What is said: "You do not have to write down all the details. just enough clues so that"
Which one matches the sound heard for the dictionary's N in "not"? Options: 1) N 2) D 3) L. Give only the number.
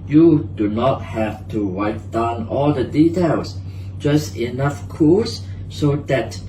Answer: 1